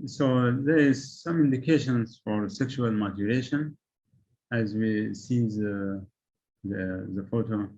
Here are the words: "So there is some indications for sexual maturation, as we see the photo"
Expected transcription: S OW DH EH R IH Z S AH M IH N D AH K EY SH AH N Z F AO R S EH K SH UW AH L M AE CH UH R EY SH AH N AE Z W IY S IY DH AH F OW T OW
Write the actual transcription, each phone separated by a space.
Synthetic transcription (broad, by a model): S OW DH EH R IH Z S AH M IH N D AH K EY SH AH N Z F AO R S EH K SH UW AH L M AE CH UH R EY SH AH N AE Z W IY S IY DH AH F OW T OW